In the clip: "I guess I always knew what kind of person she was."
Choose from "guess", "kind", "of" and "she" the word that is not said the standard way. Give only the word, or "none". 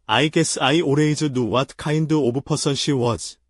of